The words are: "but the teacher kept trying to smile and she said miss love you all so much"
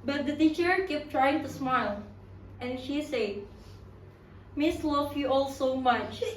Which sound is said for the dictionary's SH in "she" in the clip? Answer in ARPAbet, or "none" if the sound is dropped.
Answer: SH